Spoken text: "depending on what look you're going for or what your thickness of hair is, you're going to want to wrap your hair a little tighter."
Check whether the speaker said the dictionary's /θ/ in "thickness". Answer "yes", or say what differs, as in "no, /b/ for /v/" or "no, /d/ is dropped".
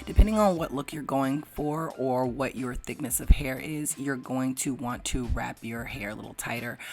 yes